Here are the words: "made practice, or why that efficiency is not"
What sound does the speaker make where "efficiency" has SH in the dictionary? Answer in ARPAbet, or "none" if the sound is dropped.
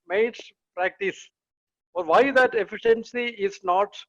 SH